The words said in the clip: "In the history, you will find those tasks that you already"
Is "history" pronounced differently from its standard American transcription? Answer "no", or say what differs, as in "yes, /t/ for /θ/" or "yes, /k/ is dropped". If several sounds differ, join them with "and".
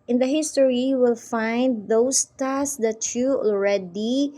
yes, /ɹ/ is dropped